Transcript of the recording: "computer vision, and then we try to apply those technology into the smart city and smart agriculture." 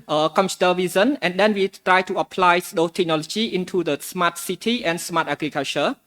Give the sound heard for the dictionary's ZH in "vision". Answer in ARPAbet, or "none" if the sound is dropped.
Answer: Z